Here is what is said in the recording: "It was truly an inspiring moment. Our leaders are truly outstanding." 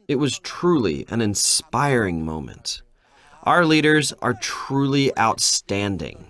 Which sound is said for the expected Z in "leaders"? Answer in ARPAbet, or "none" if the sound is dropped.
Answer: Z